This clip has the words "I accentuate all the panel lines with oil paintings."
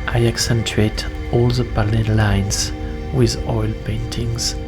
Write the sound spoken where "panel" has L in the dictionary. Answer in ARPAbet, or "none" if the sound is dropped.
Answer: N